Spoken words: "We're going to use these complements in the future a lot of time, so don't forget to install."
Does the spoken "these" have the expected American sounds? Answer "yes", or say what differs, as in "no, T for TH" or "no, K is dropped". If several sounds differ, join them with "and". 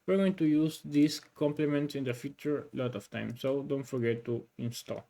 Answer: no, S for Z